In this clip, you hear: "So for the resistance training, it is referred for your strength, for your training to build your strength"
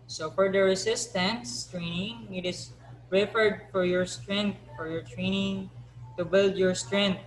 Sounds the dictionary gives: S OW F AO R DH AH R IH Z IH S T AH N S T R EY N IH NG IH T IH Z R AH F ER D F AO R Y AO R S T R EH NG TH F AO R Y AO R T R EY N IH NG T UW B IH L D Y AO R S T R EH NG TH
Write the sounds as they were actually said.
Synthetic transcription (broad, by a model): S OW F AO R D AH R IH S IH S T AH N S T R EY N IH NG IH T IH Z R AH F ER D F AO R Y AO R S T R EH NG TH F AO R Y AO R T R EY N IH NG T UW B IH L D Y AO R S T R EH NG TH